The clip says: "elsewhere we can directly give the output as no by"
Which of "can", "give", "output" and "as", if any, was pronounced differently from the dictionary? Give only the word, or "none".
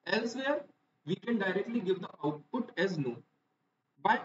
none